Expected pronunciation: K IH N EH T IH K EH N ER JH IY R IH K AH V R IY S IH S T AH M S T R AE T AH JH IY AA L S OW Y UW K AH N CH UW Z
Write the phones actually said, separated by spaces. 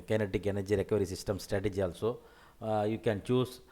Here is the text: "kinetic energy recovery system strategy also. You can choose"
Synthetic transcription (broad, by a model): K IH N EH T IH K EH N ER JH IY R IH K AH R IY S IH S T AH M S T R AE T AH JH IY AA L S OW Y UW K AH N CH UW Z